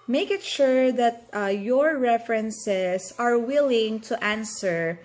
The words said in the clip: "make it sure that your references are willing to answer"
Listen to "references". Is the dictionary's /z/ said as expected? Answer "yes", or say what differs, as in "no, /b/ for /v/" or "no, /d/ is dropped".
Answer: no, /s/ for /z/